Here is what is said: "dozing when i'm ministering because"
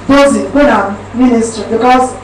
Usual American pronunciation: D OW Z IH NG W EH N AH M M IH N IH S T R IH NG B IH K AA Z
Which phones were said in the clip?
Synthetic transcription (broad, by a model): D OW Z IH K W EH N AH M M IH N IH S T IH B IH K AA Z